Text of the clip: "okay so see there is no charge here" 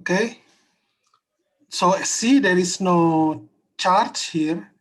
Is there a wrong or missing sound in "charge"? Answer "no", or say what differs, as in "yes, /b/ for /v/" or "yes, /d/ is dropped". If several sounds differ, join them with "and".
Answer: yes, /tʃ/ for /dʒ/